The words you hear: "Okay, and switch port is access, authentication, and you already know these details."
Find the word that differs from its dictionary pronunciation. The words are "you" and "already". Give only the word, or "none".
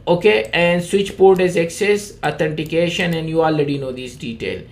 none